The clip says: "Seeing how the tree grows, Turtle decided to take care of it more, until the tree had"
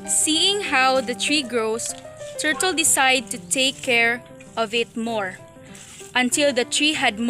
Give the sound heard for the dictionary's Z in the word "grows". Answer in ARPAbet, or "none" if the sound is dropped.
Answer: S